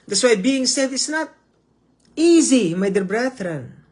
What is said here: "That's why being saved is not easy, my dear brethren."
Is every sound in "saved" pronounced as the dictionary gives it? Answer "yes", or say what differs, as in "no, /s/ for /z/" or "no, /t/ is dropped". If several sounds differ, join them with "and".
no, /v/ is dropped